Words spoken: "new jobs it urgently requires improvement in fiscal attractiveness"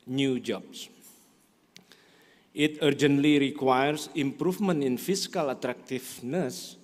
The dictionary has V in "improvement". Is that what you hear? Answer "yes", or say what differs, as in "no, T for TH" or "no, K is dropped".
no, F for V